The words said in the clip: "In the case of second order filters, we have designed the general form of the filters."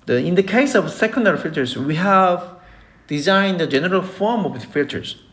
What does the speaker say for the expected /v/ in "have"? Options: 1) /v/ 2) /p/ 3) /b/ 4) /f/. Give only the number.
1